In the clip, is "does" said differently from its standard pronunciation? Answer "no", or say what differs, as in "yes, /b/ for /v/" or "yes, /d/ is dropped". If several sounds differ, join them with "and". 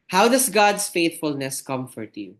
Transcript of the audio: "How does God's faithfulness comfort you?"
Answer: yes, /s/ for /z/